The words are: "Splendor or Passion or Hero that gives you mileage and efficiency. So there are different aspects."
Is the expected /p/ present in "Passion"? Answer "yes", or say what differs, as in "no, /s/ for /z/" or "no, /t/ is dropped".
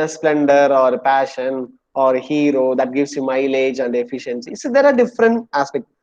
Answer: yes